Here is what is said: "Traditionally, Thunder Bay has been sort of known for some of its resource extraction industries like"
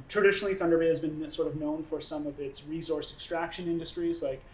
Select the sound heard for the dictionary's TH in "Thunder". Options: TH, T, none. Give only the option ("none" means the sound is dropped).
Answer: TH